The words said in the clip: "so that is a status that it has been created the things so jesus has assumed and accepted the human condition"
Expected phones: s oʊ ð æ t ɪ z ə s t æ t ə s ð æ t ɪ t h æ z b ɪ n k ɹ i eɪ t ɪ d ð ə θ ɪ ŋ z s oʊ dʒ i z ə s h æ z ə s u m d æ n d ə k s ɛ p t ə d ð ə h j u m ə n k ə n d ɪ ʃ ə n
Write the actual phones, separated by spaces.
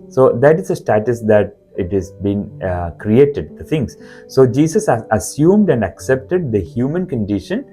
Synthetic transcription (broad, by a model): s oʊ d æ t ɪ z ə s t æ t ə s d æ t ɪ t h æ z b ɪ n k ɹ i eɪ t ɪ d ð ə t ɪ ŋ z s oʊ dʒ i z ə s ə s u m d æ n d ə k s ɛ p t ə d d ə h j u m ə n k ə n d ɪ ʃ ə n